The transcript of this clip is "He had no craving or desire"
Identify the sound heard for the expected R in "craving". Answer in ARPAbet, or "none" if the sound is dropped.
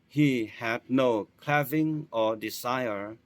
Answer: L